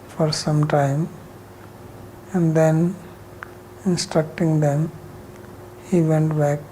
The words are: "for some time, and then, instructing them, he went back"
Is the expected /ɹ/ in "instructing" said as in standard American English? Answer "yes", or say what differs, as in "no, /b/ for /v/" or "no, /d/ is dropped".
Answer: yes